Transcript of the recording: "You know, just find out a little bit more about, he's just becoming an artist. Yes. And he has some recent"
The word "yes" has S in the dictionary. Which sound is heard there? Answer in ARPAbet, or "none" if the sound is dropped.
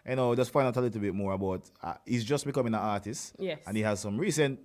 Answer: none